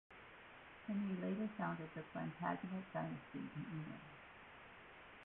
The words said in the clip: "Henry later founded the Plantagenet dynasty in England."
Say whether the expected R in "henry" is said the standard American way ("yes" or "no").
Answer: no